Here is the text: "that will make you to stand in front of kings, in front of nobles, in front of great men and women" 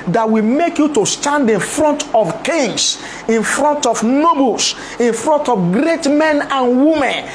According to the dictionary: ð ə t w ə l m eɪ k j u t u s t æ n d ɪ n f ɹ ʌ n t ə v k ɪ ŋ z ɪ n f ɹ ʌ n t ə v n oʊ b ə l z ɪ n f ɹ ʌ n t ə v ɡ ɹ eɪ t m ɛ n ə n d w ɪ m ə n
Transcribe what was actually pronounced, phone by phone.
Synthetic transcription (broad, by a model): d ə t w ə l m eɪ k j u t u s t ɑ n d ɪ n f ɹ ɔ n t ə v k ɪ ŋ s ɪ n f ɹ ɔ n t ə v n oʊ b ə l s ɪ n f ɹ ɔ n t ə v ɡ ɹ eɪ t m ɛ n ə n w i m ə n